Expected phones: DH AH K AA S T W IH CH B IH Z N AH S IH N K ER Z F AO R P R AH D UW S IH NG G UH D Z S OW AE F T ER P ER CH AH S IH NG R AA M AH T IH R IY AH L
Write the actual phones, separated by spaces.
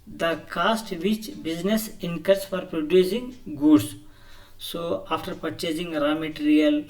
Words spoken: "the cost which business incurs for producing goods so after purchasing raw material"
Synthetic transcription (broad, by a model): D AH K AA S T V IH CH B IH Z N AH S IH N K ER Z F AO R P R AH D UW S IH NG G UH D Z S OW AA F T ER P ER CH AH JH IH NG R AA M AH T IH R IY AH L